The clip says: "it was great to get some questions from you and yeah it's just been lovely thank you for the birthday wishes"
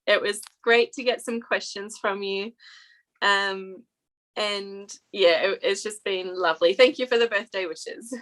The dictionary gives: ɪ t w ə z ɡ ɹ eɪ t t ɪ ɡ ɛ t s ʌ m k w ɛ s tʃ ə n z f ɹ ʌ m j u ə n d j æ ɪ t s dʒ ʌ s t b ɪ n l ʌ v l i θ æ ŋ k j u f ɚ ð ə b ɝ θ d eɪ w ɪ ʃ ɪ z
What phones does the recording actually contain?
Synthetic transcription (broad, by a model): ɪ t w ə z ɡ ɹ eɪ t t ɪ ɡ ɛ t s ʌ m k w ɛ s tʃ ə n z f ɹ ʌ m j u ə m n j æ ɪ t s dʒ ʌ s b ɪ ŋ l ʌ v l i θ æ ŋ k j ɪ f ɚ ð ə b ɝ θ d eɪ w ɪ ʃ ɪ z